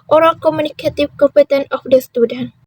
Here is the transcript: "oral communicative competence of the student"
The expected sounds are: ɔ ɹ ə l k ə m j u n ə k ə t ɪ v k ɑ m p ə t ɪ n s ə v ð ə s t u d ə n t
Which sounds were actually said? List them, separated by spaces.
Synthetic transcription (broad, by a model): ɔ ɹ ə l k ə m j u n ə k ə t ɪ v k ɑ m p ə t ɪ n ə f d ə s t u d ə n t